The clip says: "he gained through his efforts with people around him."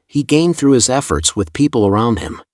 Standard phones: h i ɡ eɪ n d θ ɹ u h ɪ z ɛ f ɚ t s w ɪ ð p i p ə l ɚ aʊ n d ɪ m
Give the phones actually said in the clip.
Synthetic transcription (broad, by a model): h i ɡ eɪ n θ ɹ u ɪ z ɛ f ɚ t s w ɪ ð p i p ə l ɚ aʊ n d ɪ m